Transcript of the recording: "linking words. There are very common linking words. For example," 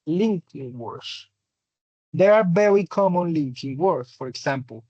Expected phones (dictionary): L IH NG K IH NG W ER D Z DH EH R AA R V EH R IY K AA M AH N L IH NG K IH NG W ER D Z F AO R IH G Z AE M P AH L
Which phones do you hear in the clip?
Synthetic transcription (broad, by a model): L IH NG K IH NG W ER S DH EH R AA R B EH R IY K AA M AH N L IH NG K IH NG W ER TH F AO R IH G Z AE M P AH L